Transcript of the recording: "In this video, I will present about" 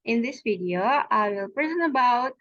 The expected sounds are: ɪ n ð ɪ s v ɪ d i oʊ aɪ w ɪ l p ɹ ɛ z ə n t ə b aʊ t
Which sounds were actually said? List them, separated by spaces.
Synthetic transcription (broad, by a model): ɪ n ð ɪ s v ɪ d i oʊ aɪ w ɪ l p ɹ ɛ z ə n ə b aʊ t